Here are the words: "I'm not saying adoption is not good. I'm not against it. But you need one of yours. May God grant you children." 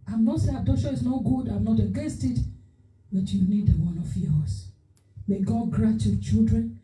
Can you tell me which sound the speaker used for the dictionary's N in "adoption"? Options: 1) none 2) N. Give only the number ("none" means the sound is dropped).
1